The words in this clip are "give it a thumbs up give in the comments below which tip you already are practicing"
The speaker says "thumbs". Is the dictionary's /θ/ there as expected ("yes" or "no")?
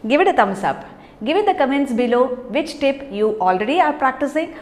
no